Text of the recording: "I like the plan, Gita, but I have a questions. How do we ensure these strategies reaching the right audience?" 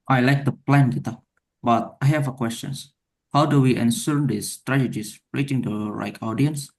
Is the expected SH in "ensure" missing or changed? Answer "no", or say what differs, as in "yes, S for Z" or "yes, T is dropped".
yes, S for SH